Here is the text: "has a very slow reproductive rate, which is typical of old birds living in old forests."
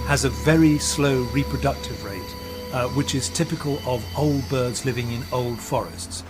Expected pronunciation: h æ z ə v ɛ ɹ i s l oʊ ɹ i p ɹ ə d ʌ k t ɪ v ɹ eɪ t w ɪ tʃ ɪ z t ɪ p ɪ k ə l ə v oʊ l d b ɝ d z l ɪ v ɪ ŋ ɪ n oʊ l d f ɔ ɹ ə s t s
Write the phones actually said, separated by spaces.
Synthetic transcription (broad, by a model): h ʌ z ə v ɛ ɹ i s l oʊ ɹ i p ɹ ə d ʌ k t ɪ v ɹ eɪ t w ɪ tʃ ɪ z t ɪ p ɪ k ə l ə v oʊ l d b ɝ d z l ɪ v ɪ ŋ ɪ n oʊ l d f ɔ ɹ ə s t s